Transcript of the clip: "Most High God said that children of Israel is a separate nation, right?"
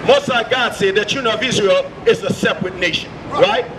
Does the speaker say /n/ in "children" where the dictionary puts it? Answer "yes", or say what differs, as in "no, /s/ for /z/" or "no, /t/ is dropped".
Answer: no, /n/ is dropped